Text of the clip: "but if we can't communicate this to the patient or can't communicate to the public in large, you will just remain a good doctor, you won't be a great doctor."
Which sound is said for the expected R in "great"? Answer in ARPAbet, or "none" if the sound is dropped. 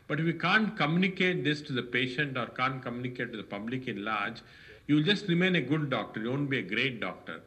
R